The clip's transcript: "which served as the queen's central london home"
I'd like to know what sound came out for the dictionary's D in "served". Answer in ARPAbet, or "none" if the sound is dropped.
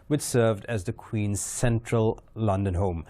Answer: D